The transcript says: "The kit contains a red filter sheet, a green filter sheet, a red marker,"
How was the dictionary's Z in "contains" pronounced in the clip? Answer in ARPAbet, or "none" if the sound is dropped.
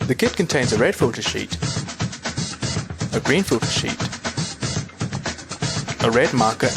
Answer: Z